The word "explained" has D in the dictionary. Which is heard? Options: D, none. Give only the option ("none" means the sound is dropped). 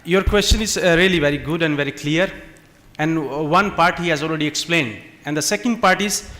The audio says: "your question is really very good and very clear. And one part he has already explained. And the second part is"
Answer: D